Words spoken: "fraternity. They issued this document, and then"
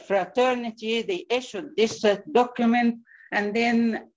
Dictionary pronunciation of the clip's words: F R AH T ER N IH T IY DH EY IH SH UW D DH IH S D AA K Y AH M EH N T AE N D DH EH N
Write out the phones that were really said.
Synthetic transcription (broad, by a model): F R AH T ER N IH T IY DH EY IH SH UW D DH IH S D AA K Y AH M EH N T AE N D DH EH N